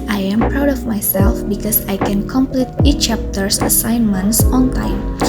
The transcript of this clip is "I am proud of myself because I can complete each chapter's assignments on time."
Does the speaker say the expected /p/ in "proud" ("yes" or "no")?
yes